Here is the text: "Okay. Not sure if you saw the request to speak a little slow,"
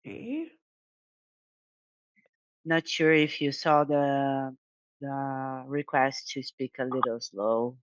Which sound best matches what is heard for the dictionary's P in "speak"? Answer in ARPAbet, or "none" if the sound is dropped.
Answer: P